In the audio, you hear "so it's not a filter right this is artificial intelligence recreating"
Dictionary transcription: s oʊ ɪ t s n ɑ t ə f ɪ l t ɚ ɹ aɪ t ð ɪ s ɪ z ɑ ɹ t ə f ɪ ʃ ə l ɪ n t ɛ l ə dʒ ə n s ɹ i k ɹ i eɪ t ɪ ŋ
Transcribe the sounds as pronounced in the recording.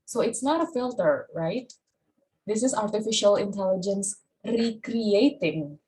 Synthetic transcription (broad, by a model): s oʊ ɪ t s n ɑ t ə f ɪ l t ɚ ɹ aɪ t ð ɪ s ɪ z ɑ ɹ t ə f ɪ ʃ ə l ɪ n t ɛ l ə dʒ ə n s ɹ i k ɹ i eɪ t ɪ ŋ